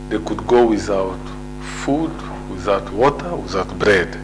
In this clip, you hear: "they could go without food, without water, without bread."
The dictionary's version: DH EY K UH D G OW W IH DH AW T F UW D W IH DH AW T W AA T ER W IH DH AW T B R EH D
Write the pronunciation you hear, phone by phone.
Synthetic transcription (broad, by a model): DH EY K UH D G OW W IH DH AW T F UW D W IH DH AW T W AA T ER W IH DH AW T B R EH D